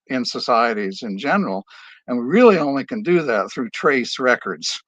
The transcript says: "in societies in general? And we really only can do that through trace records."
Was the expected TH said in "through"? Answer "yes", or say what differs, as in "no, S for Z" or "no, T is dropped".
yes